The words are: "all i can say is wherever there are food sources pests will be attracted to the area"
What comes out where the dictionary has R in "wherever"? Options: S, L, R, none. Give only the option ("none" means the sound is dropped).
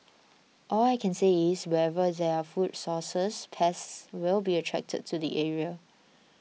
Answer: none